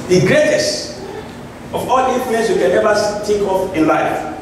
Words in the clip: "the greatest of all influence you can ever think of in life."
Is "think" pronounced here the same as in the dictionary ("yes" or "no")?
no